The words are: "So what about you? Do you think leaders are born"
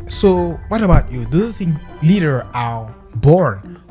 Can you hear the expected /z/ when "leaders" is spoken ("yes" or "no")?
no